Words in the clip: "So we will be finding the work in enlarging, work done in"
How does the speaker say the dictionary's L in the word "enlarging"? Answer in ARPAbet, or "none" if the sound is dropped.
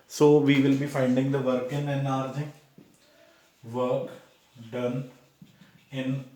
none